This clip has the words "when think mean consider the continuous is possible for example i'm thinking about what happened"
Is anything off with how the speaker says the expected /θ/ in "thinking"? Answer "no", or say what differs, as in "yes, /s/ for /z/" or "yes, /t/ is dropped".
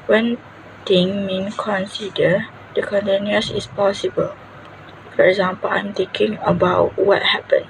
yes, /t/ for /θ/